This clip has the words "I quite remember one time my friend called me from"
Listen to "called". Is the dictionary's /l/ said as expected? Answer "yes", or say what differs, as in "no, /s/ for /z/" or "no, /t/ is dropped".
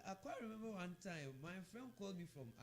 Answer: yes